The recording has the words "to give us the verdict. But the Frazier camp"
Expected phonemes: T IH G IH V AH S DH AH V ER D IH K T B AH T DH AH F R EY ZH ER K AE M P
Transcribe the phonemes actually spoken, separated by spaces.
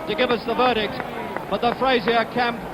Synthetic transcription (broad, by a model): T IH G IH V AH S DH AH V ER D IH K T B AH T DH AH F R EY Z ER K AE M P